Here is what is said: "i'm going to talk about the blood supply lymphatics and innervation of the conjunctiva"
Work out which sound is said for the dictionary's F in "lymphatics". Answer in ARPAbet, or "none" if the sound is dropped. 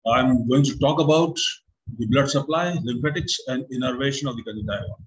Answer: P